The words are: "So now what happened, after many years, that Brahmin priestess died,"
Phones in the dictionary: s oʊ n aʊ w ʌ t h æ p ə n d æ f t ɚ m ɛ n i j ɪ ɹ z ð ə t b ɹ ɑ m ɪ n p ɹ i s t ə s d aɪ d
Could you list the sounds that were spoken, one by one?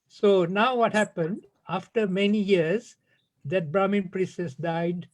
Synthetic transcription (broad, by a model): s oʊ n aʊ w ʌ t h æ p ə n d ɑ f t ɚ m ɛ n i j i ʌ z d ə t b ɹ ɑ m ɪ n p ɹ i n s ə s d aɪ d